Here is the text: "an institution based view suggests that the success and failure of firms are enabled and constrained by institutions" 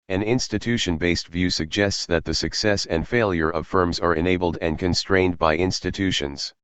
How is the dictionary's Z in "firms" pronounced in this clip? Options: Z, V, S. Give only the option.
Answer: Z